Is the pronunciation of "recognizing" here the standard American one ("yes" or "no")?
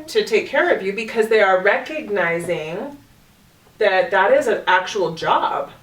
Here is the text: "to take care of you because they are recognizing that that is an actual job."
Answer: yes